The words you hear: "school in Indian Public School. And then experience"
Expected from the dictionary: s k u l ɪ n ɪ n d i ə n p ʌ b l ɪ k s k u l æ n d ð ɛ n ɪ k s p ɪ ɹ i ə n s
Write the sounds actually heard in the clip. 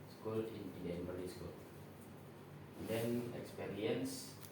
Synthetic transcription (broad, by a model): s k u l ɪ n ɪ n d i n b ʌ l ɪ s k u l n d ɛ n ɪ k s p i ɹ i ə n s